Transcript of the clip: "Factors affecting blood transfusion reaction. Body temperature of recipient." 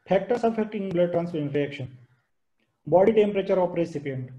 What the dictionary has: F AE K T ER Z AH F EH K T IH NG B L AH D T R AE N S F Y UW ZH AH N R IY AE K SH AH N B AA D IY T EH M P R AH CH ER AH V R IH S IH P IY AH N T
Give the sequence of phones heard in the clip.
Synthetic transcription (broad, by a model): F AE K T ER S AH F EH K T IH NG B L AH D T R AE N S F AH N R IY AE K SH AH N B AA D IY T EH M P R AH CH ER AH P R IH S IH P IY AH N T